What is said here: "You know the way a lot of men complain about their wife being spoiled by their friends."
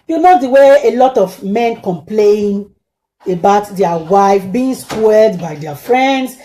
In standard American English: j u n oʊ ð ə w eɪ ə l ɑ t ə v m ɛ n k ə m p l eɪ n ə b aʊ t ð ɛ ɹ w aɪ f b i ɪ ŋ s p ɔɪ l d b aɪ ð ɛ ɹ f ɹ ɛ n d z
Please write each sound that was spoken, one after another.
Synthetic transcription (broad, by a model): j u n oʊ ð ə w eɪ ə l ɑ t ə v m ɛ n k ə m p l eɪ n ə b aʊ t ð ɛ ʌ w aɪ f b i ɪ ŋ s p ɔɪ d b aɪ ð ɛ f ɹ ɛ n d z